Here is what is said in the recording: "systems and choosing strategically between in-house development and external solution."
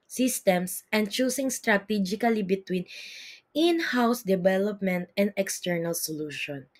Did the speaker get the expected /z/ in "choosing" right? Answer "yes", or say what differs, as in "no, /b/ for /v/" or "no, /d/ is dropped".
no, /s/ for /z/